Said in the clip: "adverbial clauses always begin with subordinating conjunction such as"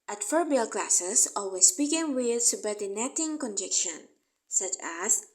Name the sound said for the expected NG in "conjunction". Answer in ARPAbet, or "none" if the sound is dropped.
none